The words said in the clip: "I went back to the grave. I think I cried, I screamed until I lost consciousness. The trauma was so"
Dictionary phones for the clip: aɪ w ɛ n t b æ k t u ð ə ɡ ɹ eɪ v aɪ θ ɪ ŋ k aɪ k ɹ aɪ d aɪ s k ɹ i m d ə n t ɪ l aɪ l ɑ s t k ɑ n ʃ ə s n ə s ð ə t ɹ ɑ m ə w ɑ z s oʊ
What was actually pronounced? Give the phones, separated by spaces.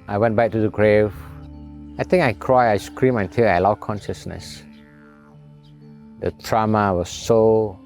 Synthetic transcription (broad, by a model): aɪ w ɛ n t b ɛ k t u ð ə ɡ ɹ eɪ v aɪ t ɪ ŋ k aɪ k ɹ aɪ aɪ s k ɹ i m ə n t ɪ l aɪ l ɑ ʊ k ɑ n ʃ ə s n ə s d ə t ɹ ɑ m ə w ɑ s oʊ